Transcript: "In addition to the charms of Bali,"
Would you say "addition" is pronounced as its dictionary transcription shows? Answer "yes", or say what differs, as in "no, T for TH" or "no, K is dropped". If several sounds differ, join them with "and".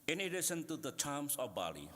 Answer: no, S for SH